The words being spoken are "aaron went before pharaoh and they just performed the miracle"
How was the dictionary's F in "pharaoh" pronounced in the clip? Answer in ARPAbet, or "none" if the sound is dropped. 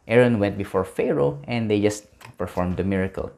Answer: F